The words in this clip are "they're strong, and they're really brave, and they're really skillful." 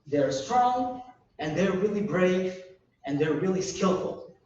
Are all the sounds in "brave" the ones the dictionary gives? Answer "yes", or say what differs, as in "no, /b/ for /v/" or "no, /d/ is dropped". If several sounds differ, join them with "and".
yes